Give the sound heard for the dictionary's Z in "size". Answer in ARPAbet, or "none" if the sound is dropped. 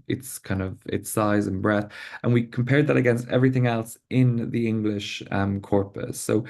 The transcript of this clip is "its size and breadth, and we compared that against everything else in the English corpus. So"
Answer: Z